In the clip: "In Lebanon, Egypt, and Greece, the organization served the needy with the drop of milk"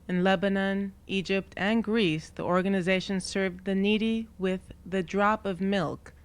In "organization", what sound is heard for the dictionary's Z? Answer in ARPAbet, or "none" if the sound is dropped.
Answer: Z